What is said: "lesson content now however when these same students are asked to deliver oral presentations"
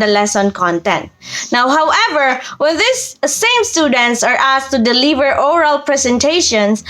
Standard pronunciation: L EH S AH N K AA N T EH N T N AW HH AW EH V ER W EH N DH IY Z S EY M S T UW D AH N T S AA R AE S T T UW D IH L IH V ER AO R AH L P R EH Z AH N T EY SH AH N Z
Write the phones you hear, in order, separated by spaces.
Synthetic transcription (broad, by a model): L EH S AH N K AA N T EH N T N AW HH AW EH V ER W EH N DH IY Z S EY M S T UW D AH N T S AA R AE S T T UW D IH L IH V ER AO R AH L P R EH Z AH N T EY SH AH N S